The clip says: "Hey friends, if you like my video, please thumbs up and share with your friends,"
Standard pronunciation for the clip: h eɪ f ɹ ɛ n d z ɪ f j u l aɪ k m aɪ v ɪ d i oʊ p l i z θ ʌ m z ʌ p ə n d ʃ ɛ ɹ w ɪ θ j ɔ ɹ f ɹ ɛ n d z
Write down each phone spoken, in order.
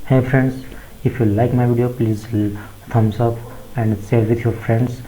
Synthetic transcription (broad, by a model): h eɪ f ɹ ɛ n d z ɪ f j u l aɪ k m aɪ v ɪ d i oʊ p l i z t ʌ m s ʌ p ə n d s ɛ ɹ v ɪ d j ɔ ɹ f ɹ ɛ n d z